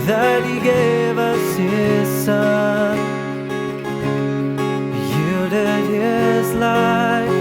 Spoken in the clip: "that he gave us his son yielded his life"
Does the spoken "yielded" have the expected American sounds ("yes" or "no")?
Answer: no